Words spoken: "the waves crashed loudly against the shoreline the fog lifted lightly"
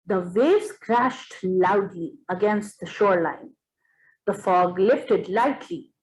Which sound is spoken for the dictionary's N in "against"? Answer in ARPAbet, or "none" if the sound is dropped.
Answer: N